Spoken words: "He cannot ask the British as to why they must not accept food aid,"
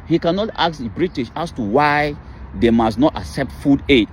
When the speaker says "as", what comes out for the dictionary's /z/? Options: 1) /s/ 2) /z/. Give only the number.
1